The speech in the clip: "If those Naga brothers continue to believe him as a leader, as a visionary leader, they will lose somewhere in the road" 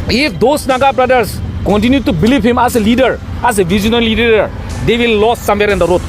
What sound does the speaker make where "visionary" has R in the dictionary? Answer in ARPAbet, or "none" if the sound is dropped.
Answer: L